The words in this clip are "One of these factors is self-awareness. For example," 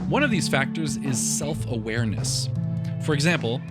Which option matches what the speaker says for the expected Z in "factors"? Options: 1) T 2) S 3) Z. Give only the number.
3